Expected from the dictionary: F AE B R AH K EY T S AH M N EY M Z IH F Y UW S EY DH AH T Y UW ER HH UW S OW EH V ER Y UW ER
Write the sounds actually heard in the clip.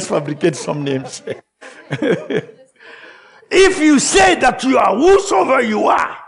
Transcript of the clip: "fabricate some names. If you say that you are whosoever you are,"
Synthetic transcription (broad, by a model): F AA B R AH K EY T S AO M N EY M S IH F Y UW S EY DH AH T Y UW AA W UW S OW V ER Y UW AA